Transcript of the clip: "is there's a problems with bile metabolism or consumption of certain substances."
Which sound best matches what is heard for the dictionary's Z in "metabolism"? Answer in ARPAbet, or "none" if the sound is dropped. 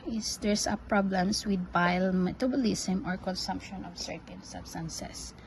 S